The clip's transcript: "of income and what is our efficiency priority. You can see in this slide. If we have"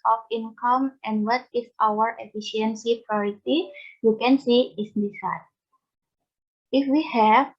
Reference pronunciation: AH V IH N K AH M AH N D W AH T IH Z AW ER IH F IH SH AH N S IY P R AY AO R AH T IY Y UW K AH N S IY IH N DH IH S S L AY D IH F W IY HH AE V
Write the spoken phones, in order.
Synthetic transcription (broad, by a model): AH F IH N K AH M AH N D W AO T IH S AW ER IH F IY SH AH N S IY P R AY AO R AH T IY Y UW K AH N S IY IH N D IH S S AY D IH F W IY HH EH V